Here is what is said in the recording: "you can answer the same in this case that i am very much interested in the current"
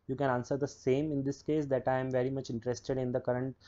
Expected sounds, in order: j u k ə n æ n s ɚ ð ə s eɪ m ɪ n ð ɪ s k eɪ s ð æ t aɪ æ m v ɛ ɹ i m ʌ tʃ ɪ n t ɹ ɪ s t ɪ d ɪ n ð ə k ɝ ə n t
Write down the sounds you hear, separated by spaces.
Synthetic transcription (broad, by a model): j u k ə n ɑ n s ɚ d ə s eɪ m ɪ n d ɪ s k eɪ s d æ t aɪ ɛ m v ɛ ɹ i m ʌ tʃ ɪ n t ɹ ɪ s t ɪ d ɪ n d ə k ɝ ə n t